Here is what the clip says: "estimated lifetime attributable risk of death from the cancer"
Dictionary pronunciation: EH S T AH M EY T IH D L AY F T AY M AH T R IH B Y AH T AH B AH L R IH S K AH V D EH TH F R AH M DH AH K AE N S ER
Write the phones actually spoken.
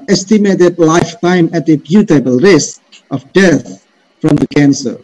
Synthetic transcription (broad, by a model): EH S T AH M EY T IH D L AY F T AY M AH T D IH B Y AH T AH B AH L R IH S K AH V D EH T F R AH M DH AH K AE N S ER